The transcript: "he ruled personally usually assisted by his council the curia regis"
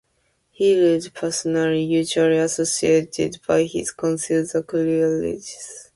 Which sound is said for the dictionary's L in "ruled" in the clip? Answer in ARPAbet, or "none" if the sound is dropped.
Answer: none